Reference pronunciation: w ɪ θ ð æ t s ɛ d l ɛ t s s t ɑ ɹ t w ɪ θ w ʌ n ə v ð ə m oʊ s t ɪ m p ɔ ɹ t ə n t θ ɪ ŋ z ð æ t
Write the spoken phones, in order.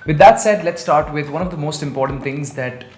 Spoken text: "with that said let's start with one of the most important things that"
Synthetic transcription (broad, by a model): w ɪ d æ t s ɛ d l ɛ t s s t ɑ ɹ t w ɪ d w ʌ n ə v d ə m oʊ s t ɪ m p ɔ ɹ t ə n t t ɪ ŋ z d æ t